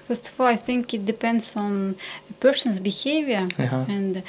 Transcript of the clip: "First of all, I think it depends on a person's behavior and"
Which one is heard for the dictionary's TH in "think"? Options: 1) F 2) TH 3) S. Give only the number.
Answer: 2